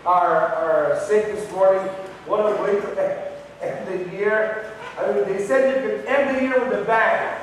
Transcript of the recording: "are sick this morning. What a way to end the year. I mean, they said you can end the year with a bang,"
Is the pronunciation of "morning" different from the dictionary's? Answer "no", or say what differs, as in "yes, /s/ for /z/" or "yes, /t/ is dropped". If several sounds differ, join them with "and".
yes, /n/ is dropped